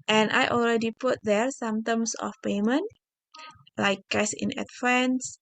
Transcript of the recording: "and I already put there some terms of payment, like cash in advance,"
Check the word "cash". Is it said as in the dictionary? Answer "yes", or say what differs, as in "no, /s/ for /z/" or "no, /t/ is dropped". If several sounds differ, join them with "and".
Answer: no, /s/ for /ʃ/